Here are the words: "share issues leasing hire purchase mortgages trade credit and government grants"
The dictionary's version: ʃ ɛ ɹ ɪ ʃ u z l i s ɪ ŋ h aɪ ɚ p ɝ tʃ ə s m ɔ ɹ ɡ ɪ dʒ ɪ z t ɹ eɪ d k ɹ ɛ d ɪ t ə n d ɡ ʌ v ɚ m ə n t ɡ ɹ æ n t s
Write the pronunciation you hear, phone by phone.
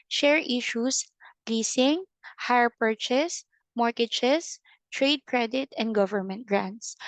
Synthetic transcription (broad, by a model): ʃ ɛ ɹ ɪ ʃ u s l i s ɪ ŋ h aɪ ɚ p ɝ tʃ ə s m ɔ ɹ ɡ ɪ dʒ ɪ s t ɹ eɪ d k ɹ ɛ d ɪ t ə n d ɡ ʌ v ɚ m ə n t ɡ ɹ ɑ n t s